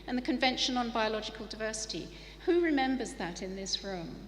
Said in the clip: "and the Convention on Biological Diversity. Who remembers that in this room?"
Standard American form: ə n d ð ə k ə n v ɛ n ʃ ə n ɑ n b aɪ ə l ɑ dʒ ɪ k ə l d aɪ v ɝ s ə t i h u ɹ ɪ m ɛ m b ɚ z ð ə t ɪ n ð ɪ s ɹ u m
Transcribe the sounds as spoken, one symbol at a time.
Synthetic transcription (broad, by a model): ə n ð ə k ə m v ɛ n ʃ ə n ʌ n b aɪ ə l ɑ dʒ ɪ k ə l d aɪ v ɝ s ə t i h u ɹ ɪ m ɛ m b ɚ z ð ə t ɪ n ð ɪ s ɹ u m